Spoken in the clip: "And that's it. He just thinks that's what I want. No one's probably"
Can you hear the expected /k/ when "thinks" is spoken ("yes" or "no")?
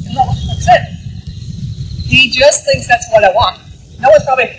yes